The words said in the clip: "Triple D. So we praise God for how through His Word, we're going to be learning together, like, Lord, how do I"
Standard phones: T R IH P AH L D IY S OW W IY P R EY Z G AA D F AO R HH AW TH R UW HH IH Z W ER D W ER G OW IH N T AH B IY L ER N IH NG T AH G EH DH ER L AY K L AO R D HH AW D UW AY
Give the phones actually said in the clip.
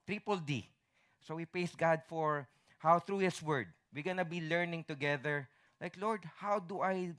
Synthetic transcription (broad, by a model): T R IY P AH L D IY S OW W IY P R EY S G AA D F AO R HH AW TH R UW HH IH S W ER D W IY G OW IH N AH B IY L ER N IH NG T AH G EH DH ER L AY K L AO R D HH AW D UW AY